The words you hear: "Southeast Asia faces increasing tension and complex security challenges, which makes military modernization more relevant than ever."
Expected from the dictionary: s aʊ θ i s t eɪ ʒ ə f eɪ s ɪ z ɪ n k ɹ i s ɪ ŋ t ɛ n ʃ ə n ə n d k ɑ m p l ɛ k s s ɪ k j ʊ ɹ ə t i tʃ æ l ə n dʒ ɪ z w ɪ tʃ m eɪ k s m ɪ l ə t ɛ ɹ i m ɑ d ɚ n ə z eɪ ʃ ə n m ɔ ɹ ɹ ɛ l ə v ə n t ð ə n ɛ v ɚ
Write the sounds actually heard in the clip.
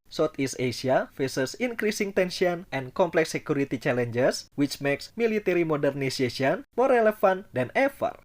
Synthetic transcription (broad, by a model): s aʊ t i s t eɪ s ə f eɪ s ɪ s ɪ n k ɹ i s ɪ ŋ t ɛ n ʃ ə n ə n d k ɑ m p l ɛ k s s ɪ k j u ɹ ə t i tʃ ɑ l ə n dʒ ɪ s w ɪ tʃ m eɪ k s m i l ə t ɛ ɹ i m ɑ d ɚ n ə s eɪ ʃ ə n m ɔ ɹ ɹ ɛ l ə f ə n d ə n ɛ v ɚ